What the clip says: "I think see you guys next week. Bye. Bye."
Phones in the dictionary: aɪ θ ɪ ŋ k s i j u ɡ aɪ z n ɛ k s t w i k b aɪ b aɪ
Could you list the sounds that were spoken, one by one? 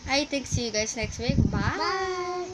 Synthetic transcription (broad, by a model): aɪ t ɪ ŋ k s i j u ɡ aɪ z n ɛ k s t w i k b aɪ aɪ